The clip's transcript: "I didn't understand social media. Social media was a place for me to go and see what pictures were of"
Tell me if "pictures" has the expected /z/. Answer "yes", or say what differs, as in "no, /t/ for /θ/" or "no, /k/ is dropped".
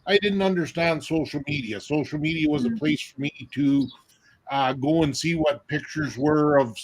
yes